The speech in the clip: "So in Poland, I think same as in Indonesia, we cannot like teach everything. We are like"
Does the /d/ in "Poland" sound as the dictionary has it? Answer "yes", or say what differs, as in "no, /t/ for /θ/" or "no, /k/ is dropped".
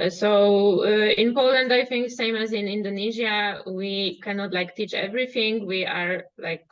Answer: yes